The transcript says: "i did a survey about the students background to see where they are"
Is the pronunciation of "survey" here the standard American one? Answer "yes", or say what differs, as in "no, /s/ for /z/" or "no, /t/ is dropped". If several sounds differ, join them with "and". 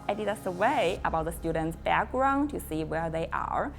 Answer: no, /w/ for /v/